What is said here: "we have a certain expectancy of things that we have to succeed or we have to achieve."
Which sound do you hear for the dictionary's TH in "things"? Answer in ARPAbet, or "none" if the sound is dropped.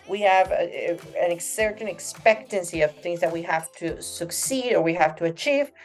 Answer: TH